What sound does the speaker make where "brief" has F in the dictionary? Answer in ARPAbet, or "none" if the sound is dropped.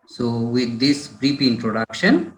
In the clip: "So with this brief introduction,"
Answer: P